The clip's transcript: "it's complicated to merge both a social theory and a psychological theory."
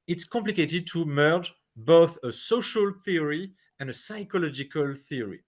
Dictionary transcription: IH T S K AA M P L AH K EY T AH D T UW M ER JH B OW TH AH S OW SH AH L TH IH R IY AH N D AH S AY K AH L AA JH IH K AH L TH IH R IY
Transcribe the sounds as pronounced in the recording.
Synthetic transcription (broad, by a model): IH T S K AA M P L AH K EY T AH D T UW M ER JH B OW TH AH S OW SH AH L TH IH R IY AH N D AH S AY K AH L AA JH IH K AH L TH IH R IY